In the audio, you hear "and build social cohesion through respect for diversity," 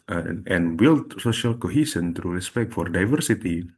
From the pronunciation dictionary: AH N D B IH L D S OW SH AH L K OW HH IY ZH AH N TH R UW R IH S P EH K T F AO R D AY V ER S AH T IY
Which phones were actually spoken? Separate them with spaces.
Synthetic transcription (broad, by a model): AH N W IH L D S OW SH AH L K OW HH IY S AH N T R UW R IH S P EH K T F AO R D AY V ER S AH T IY